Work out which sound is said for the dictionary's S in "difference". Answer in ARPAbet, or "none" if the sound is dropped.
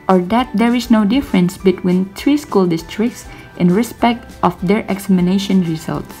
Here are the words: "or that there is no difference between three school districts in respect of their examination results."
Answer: S